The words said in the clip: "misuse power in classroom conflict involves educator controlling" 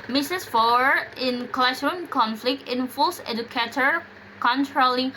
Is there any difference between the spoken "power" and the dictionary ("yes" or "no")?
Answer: yes